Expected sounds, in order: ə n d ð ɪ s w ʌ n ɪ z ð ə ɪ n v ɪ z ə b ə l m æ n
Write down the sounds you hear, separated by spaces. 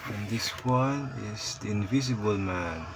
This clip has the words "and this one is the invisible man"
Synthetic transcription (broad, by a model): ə n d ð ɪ s w ʌ n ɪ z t ɪ n v ɪ z ə b ə l m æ n